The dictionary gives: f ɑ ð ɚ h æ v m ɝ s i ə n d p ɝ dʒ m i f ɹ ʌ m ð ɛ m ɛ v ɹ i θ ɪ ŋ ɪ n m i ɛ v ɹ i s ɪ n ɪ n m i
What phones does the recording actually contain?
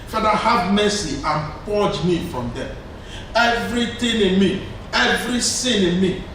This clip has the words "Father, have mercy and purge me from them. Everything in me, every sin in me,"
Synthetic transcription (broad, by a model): f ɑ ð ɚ h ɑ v m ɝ s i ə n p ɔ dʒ m i f ɹ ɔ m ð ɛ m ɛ v ɹ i t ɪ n ɪ n m i ɛ v ɹ i s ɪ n ɪ n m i